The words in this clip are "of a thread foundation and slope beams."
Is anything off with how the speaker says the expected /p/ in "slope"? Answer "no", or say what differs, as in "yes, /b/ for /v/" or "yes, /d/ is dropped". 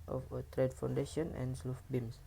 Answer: yes, /f/ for /p/